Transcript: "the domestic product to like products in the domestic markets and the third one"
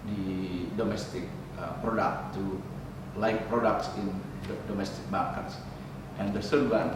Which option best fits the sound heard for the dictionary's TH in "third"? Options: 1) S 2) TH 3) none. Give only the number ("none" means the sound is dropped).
1